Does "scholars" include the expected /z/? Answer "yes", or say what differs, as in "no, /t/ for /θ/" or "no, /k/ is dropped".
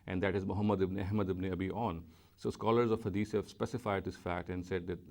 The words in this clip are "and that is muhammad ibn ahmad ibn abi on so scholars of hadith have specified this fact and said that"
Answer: yes